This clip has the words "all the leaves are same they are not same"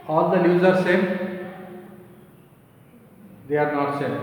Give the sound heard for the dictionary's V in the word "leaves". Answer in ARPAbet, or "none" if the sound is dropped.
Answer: none